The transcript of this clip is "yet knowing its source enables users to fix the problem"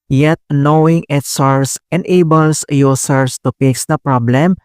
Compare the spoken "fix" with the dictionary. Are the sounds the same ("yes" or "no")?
no